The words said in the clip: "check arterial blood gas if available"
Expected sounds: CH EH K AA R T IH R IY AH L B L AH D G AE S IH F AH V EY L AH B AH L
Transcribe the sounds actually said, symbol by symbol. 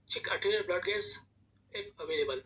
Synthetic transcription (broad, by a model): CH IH K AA T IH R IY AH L B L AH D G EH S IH P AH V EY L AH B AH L